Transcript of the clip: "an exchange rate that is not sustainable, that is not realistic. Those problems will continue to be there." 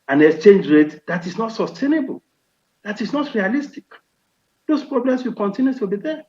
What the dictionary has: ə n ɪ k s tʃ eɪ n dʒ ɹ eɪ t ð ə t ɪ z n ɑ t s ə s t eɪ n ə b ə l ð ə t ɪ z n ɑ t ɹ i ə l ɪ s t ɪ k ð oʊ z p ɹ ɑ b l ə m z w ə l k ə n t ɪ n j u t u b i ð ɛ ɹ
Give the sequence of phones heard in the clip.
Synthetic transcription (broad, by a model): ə n ɪ k s tʃ eɪ n dʒ ɹ eɪ t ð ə t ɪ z n ɑ t s ə s t eɪ n ə b ə l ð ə t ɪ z n ɑ t ɹ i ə l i s t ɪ k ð oʊ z p ɹ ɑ b l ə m s w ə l k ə n t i n j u t u b i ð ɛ